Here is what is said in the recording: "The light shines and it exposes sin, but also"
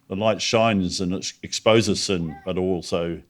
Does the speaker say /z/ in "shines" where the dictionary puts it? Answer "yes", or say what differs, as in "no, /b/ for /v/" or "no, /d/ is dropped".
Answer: yes